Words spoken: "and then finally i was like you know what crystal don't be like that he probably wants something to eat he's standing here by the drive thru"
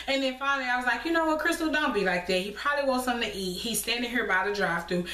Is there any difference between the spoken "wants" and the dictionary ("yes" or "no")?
yes